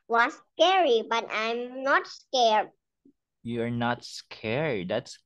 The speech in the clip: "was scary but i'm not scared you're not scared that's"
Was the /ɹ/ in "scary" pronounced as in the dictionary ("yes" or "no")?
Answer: yes